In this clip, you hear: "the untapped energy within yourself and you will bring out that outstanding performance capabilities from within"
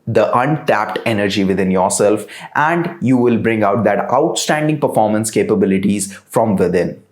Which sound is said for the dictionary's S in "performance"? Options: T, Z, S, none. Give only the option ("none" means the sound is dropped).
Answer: S